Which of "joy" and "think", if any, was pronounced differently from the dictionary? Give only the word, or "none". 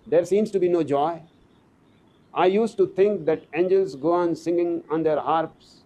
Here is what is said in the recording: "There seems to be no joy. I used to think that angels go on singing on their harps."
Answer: think